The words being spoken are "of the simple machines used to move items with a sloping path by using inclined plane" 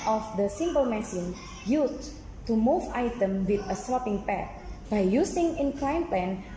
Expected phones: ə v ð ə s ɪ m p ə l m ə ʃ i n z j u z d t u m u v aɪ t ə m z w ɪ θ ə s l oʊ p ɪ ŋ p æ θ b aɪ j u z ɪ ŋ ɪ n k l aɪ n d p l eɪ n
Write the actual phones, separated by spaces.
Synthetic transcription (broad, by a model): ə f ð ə s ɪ m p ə l m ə s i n j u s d t u m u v aɪ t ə m w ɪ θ ə s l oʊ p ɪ ŋ p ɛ t b aɪ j u s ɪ ŋ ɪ n k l aɪ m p l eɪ n